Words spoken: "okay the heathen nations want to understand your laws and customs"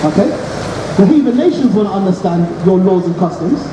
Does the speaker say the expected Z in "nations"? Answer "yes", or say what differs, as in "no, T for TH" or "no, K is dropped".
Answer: yes